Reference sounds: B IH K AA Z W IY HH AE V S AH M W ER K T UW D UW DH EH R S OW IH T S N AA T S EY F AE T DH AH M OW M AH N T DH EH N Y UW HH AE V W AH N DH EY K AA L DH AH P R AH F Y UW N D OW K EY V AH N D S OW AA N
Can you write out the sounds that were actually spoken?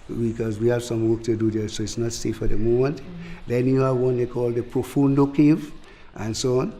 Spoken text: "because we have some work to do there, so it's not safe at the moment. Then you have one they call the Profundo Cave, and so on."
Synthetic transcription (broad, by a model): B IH K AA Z W IY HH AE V S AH M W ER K T UW D UW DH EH S OW IH T S N AA T S EY F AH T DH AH M OW M AH N T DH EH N Y UW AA W AH N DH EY K AA L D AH P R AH F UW N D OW K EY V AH N S OW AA N